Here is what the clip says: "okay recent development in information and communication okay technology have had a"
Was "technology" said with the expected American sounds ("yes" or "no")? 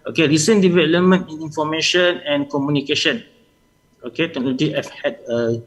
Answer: no